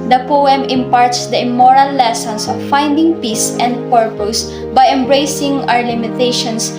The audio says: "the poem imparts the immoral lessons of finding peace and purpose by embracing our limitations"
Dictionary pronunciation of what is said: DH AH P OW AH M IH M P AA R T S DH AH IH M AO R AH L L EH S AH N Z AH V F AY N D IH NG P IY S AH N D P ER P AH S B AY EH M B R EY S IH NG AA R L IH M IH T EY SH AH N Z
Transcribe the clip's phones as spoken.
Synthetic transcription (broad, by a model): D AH P OW AH M IH M P AA R T S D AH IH M AO R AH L L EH S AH N S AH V F AY N D IH NG P IY S AH N D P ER P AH S B AY EH M B R EY S IH NG AA R L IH M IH T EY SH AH N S